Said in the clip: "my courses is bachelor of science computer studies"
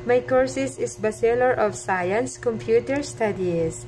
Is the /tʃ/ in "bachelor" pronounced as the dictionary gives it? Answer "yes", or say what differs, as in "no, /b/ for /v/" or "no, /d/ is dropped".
no, /s/ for /tʃ/